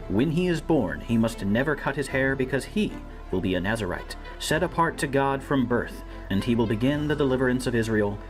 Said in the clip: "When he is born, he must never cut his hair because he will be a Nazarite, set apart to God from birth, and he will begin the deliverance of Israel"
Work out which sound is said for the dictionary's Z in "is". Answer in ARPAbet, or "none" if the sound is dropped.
Z